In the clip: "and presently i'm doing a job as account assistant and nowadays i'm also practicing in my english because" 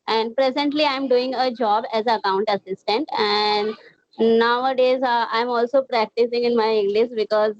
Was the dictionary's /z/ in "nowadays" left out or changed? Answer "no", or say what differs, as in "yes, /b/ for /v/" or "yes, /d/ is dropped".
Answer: no